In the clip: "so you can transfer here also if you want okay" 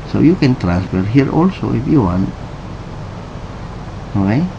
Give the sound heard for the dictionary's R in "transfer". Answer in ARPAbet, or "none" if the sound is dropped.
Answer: R